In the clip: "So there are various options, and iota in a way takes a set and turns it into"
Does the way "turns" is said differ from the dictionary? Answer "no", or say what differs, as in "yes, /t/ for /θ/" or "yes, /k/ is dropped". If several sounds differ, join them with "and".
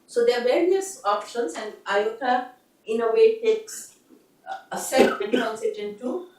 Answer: yes, /s/ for /z/